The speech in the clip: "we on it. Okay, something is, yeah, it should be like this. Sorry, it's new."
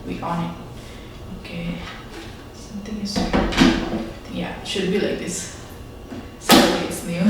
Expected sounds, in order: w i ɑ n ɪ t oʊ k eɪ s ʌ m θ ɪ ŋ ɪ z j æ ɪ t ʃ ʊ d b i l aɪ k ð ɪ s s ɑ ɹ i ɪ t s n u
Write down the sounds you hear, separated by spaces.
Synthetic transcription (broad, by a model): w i ɑ n ɪ t oʊ k eɪ s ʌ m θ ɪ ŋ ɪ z j æ ɪ t ʃ ʊ d b i l aɪ k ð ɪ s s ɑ i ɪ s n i